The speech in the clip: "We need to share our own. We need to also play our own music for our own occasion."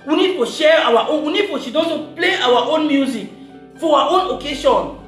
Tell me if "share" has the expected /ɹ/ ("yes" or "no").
yes